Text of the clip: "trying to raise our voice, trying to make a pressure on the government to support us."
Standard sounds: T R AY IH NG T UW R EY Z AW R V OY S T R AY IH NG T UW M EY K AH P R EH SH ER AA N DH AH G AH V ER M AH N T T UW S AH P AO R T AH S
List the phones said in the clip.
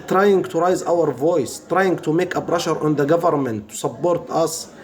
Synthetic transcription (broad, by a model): T R AY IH NG T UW R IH Z AW R V OY S T R AY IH NG T UW M EY K AH B R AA SH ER AA N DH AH G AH V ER M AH N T T UW S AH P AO R T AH S